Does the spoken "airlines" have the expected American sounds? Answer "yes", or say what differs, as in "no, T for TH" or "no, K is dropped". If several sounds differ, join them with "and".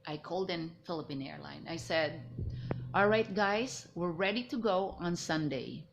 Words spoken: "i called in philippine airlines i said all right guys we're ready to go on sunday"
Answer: no, Z is dropped